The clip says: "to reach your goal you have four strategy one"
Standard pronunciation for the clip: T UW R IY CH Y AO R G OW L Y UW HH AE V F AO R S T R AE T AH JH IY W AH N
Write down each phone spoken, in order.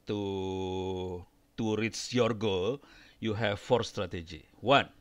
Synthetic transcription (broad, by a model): T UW R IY S Y AO R G OW L Y UW HH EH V F AO R S T R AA T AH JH IY W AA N